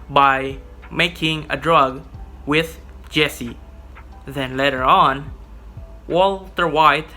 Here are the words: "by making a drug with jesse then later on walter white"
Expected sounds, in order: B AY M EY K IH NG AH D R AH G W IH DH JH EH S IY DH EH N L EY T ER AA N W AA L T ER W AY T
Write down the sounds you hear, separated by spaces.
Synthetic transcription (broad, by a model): B AY M EY K IH NG AH D R AH G W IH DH JH EH S IY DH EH N L EY T ER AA N W AA L T ER W AY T